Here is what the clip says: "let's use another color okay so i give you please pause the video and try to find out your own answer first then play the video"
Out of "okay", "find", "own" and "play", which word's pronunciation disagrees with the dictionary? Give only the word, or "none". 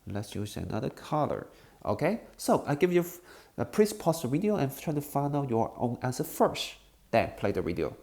find